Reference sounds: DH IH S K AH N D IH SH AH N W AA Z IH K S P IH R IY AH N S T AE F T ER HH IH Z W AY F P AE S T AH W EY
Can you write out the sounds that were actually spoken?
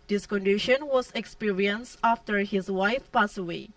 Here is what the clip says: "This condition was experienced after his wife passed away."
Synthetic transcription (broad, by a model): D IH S K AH N D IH SH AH N W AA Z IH K S P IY R IY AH N S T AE F T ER HH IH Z W AY F P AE S AH W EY